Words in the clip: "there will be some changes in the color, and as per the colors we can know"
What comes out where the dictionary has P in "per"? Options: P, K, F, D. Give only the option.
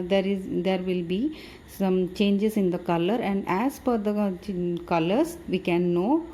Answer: F